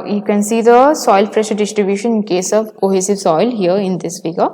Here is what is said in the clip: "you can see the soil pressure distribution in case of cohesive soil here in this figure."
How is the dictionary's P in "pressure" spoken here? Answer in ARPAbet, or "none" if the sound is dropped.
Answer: F